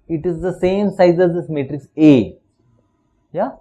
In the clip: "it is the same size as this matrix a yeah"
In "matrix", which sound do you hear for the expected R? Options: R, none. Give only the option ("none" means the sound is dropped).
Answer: R